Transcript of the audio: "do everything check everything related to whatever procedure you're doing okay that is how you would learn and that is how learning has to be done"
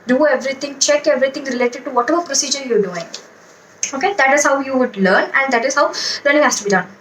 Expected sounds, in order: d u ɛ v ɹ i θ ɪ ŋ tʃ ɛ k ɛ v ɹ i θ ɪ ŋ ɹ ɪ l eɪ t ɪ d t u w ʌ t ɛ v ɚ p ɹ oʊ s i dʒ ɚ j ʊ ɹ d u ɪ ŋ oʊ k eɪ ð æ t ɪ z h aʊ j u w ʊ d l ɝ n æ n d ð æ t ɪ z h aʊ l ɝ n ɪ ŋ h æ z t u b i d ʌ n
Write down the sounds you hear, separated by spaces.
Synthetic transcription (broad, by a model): d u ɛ v ɹ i t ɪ ŋ tʃ ɛ k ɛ v ɹ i t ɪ ŋ ɹ ɪ l eɪ t ɪ d t u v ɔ t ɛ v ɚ p ɹ oʊ s i dʒ ɚ j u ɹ d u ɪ ŋ oʊ k eɪ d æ t ɪ z h aʊ j u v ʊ d l ɝ n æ n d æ t ɪ z h aʊ l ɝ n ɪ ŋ h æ s t u b i d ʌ n